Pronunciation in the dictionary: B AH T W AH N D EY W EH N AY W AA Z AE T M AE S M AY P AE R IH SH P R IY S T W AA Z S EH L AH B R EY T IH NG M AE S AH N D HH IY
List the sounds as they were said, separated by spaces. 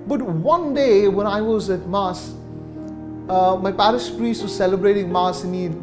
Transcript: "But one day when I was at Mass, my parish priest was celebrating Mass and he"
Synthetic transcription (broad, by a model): B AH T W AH N D EY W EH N AY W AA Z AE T M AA S M AY P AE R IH S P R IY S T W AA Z S EH L AH B R EY T IH NG M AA S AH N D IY